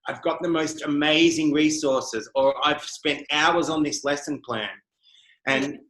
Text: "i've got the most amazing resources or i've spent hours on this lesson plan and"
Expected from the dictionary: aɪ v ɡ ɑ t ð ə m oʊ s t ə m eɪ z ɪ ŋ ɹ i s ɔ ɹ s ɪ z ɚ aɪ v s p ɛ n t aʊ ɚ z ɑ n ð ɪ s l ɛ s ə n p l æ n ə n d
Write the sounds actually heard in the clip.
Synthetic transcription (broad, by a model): aɪ v ɡ ɑ t ð ə m oʊ s t ə m eɪ z ɪ ŋ ɹ i s ɔ ɹ s ɪ z ɚ aɪ v s p ɛ n t aʊ ɚ z n ð ɪ s l ɛ s ə n p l æ n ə n